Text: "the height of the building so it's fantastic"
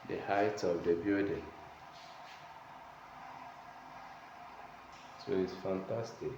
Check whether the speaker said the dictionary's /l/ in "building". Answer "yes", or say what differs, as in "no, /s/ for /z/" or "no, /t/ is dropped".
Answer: no, /l/ is dropped